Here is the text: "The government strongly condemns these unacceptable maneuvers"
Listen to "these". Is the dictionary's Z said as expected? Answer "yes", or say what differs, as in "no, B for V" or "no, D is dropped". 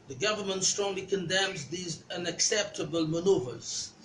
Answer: yes